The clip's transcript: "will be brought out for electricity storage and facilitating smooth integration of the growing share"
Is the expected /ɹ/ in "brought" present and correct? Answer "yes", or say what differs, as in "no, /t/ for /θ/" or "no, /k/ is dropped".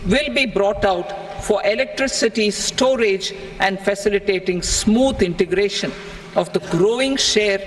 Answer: yes